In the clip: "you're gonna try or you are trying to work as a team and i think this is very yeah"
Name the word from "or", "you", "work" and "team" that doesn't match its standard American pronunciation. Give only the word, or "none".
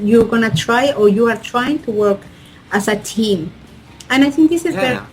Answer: none